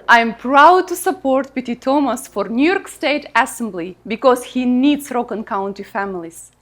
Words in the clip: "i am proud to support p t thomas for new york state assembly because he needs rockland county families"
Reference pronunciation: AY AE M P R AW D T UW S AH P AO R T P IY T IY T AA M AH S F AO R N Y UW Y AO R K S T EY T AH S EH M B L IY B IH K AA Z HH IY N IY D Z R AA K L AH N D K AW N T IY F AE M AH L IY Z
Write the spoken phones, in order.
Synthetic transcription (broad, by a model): AY M P R AW D T UW S AH P AO R T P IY T IY T AA M AH S F AO R N Y UW Y AO R K S T EY T AH S EH M B L IY B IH K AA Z HH IY N IY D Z R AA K AH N K AW N T IY F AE M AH L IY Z